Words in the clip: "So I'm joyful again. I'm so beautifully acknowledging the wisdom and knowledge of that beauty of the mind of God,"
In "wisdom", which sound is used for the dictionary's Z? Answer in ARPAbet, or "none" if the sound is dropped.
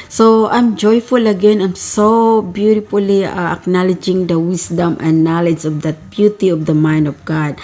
S